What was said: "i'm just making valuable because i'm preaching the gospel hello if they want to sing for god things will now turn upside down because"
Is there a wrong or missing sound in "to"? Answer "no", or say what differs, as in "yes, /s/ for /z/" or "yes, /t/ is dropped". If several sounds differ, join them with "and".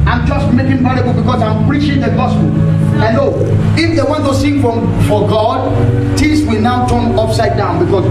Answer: yes, /s/ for /t/